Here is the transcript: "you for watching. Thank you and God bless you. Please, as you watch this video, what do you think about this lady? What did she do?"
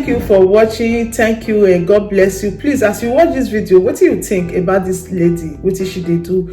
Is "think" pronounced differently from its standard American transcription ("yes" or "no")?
yes